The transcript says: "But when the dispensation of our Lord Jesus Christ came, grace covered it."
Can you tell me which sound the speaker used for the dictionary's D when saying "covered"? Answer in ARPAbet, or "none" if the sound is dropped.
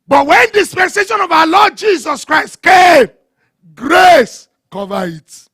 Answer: none